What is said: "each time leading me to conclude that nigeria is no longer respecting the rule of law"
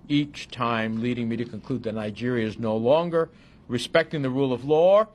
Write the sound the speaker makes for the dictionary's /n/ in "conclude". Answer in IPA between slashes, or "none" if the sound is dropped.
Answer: /n/